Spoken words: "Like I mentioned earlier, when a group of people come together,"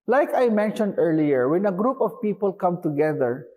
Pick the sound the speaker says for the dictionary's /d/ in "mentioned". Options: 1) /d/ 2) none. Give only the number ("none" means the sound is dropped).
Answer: 1